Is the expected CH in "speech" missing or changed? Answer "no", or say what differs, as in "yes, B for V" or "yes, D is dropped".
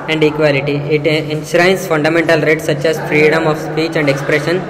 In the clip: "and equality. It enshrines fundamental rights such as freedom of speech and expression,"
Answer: no